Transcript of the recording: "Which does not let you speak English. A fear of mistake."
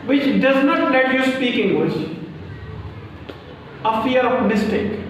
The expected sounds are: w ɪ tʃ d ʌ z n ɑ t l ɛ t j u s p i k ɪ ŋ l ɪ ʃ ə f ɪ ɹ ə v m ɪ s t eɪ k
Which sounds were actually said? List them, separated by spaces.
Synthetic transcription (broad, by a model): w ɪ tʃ d ʌ z n ɑ t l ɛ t j u s p i k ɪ ŋ w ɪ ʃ ə f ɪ ɹ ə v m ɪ s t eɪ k